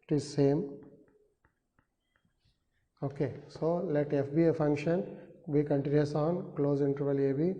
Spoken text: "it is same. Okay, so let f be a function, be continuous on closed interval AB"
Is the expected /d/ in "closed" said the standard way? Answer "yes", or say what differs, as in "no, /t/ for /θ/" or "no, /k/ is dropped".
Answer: no, /d/ is dropped